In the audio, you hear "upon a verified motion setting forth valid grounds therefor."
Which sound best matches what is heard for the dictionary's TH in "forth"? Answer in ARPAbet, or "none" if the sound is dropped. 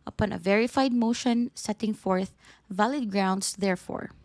TH